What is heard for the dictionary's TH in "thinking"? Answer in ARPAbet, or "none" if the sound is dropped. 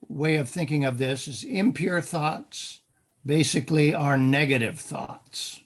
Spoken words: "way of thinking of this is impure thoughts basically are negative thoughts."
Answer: TH